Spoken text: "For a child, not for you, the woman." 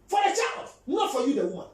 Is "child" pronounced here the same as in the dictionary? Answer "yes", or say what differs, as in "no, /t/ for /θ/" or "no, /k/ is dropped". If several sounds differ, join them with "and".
yes